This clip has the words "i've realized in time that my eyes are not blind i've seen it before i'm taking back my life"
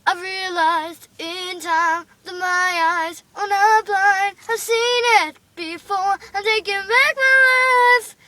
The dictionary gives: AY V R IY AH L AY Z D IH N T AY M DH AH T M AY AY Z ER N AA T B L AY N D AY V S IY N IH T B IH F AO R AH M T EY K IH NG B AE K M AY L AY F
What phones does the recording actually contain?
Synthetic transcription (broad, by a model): AY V R IY AH L AY Z D IH N T AY M DH AH T M AY AY Z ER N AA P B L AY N AY V S IY N IH T B IH F AO R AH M T EY K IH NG B AE K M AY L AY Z